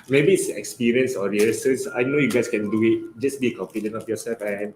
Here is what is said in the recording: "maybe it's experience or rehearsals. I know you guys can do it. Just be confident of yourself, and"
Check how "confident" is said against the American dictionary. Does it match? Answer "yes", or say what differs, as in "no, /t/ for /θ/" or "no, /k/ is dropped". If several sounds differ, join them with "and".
no, /t/ is dropped